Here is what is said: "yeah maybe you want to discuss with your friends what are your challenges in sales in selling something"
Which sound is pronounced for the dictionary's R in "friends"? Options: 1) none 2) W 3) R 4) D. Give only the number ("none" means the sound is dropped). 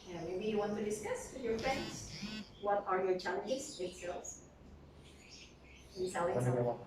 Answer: 3